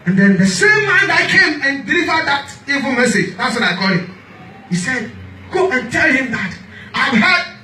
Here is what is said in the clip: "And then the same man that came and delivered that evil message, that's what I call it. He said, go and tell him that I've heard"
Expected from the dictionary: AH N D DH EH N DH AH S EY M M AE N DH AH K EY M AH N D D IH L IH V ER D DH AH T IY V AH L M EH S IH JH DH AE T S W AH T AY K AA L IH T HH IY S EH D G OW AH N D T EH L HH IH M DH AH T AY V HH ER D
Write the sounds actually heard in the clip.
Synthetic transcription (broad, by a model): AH N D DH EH N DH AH S EY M M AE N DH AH K EY M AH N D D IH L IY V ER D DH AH T IY V AH L M EH S IH JH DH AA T S W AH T AY K AA L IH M HH IY S EH D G OW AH N T EH L HH IH M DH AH T AY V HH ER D